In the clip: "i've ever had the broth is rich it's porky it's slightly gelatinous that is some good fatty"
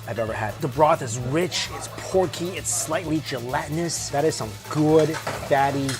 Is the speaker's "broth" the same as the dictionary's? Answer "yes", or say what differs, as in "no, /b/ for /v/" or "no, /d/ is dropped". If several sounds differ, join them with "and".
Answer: yes